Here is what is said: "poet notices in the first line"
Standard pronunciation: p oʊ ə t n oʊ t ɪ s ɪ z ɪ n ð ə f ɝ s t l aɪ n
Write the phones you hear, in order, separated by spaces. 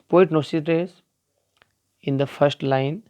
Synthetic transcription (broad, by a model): p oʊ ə t n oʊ s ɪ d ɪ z ɪ n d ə f ɝ s t l aɪ n